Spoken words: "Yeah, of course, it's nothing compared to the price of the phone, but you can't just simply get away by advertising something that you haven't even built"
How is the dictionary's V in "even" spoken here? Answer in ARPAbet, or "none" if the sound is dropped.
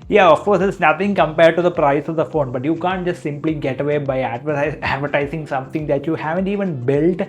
V